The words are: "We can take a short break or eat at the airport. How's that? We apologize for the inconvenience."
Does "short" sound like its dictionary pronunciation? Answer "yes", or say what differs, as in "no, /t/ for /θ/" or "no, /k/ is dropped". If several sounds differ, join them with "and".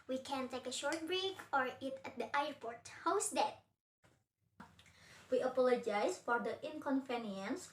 yes